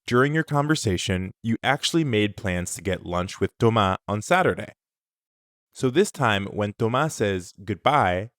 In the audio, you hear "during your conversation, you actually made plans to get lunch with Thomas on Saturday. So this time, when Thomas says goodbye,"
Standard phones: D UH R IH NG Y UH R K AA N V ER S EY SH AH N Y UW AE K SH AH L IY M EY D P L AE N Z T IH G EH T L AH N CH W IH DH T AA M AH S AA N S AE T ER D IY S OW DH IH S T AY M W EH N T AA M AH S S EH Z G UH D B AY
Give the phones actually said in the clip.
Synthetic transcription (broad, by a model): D UH R IH NG Y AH R K AA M V ER S EY SH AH N Y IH AE K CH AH L IY M EY D P L AE N Z T IH G EH T L AH N CH W IH DH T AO M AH AA N S AE T ER D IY S OW DH IH S T AY M W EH N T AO M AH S S EH Z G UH D B AY